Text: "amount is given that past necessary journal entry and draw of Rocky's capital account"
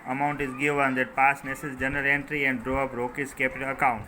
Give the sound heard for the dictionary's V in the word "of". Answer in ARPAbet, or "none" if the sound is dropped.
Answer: P